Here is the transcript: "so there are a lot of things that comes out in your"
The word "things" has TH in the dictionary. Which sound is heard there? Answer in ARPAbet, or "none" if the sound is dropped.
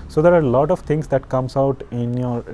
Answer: T